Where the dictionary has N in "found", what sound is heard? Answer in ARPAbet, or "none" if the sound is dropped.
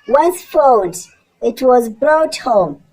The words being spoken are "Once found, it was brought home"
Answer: L